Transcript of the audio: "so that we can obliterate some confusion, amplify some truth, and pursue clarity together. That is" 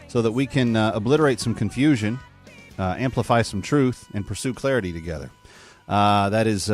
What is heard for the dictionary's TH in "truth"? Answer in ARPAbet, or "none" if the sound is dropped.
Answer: TH